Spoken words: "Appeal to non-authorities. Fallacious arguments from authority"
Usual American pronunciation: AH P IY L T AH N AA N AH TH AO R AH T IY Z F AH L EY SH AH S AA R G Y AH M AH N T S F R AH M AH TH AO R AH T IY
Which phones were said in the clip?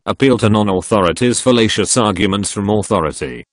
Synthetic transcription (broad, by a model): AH P IY L T AH N AA N AH TH AO R AH T IY Z F AH L EY SH AH S AA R G Y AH M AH N T S F R AH M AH TH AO R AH T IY